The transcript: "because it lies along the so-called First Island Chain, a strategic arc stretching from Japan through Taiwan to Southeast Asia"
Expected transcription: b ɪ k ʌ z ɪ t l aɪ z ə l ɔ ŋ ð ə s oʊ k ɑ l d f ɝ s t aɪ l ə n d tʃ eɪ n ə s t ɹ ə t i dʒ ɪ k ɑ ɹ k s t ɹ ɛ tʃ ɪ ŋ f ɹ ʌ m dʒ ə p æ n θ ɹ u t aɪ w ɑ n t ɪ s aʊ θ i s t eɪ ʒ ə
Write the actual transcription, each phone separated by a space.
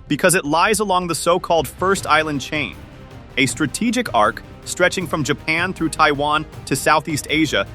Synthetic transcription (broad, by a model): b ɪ k ʌ z ɪ t l aɪ z ə l ɔ ŋ ð ə s oʊ k ɑ l d f ɝ s t aɪ l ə n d tʃ eɪ n ə s t ɹ ə t i dʒ ɪ k ɑ ɹ k s t ɹ ɛ tʃ ɪ ŋ f ɹ ʌ m dʒ ə p æ n θ ɹ u t aɪ w ɑ n t ɪ s aʊ θ i s t eɪ ʒ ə